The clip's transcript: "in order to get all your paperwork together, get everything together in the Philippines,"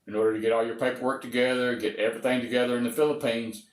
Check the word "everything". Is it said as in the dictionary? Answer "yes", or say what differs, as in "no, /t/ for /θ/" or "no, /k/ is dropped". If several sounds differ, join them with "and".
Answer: yes